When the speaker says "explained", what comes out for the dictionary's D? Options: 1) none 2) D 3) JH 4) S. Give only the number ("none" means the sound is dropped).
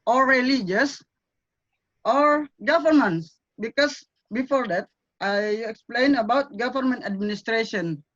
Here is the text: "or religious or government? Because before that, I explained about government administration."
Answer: 1